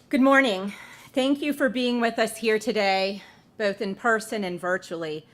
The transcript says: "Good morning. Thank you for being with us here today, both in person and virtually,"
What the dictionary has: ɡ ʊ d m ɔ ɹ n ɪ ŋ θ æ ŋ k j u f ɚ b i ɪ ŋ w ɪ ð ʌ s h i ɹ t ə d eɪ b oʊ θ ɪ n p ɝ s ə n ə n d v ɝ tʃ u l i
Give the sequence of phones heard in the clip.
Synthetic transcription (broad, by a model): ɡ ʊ d m ɔ ɹ n ɪ ŋ θ æ ŋ k j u f ɚ b i ɪ ŋ w ɪ ð ʌ s h i ɹ t ə d eɪ b oʊ θ ɪ n p ɝ s ə n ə n v ɝ tʃ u l i